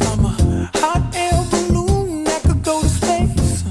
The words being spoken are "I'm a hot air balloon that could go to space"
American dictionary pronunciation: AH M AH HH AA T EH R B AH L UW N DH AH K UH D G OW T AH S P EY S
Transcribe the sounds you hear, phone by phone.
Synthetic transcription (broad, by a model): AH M AH HH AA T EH L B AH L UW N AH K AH G OW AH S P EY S